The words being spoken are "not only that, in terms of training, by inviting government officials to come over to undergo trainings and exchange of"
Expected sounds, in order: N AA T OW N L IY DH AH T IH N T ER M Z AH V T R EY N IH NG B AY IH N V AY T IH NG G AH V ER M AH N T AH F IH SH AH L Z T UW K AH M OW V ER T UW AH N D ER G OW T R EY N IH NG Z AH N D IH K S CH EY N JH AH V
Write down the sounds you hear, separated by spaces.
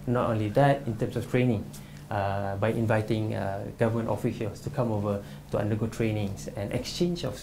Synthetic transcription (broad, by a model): N AA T OW N L IY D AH T IH N T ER M S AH F T R EY N IH NG B AY IH N V AY T IH NG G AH V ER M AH N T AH F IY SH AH L S T UW K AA M OW V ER T UW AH N D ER G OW T R EY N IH NG S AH N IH K S CH EY N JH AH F